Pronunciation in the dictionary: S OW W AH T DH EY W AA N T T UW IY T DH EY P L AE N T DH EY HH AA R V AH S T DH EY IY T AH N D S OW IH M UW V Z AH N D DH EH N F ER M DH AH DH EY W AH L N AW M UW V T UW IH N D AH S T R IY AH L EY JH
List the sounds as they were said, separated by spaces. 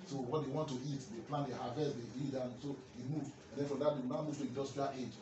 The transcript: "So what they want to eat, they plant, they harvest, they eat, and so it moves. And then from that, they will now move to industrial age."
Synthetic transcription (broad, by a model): S OW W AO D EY W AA N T T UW IY T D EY P L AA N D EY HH AA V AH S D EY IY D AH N S OW IH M UW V AH N D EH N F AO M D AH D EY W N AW M UW V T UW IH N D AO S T IY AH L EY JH